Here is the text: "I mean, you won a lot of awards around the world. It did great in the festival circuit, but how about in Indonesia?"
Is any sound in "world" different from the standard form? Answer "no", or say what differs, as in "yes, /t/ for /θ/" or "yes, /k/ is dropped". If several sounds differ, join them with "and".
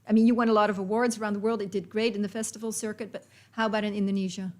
no